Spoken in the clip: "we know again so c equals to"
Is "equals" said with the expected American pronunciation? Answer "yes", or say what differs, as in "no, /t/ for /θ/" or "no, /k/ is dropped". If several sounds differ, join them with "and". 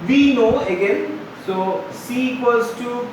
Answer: no, /l/ is dropped